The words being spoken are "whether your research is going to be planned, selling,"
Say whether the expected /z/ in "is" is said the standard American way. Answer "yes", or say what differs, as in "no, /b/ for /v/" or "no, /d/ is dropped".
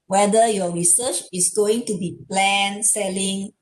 no, /s/ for /z/